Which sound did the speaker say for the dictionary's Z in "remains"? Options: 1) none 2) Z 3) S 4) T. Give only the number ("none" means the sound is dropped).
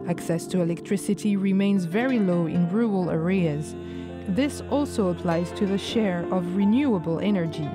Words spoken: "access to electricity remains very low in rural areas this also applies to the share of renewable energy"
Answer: 2